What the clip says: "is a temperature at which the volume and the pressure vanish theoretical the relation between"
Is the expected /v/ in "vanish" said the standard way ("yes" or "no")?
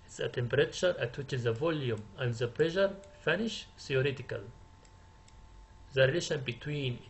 no